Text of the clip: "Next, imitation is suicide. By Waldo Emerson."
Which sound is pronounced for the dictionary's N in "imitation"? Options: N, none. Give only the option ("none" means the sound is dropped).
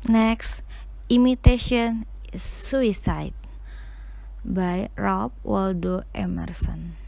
none